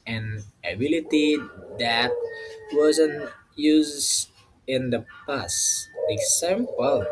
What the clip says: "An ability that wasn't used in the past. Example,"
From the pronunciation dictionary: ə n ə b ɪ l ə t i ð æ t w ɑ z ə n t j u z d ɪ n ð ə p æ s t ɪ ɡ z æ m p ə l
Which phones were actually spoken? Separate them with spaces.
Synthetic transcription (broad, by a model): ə n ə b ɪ l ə t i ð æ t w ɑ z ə n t j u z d ɪ n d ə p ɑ s ɪ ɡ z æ m p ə l